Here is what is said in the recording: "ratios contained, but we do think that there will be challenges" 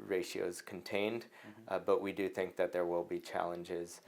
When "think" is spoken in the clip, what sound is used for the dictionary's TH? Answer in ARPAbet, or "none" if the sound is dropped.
TH